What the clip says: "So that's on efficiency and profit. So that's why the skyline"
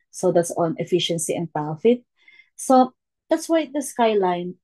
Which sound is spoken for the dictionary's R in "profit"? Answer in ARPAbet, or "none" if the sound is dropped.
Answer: none